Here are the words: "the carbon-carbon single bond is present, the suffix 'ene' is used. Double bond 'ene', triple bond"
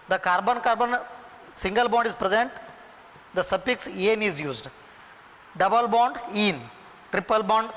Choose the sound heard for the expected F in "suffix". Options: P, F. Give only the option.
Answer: P